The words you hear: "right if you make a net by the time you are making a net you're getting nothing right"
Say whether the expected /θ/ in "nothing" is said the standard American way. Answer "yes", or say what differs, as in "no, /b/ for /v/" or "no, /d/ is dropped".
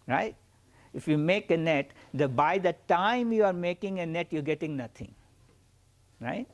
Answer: no, /t/ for /θ/